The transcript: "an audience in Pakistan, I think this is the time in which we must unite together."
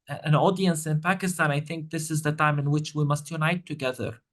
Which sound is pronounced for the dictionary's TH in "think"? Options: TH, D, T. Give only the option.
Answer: TH